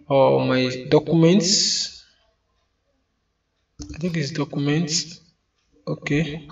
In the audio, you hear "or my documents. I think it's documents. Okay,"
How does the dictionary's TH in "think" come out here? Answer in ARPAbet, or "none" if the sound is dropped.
T